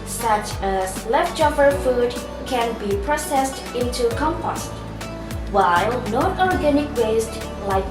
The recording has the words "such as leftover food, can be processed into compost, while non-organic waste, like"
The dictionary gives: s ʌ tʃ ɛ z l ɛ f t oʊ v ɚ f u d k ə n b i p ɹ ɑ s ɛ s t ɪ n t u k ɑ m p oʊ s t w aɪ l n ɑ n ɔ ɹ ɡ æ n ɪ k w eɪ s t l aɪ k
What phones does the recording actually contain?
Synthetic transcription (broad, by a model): s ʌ tʃ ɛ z l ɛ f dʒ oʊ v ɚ f u d k ə n b i p ɹ ɑ s ɛ s t ɪ n t u k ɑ m p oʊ s t w aɪ l n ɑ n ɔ ɹ ɡ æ n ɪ k w eɪ s t l aɪ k